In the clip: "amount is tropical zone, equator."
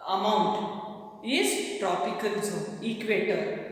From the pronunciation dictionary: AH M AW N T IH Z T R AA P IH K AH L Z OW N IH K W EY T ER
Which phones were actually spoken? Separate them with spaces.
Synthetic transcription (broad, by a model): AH M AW N T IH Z T R AA P IH K AH L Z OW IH K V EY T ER